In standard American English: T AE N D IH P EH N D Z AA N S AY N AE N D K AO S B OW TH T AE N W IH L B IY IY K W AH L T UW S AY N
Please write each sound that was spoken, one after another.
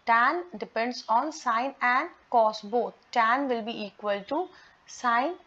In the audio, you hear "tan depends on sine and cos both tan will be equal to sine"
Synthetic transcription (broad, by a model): T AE N D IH P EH N D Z AA N S AY N AE N D K AO S B OW T T AE N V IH L B IY IY K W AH L T UW S AY N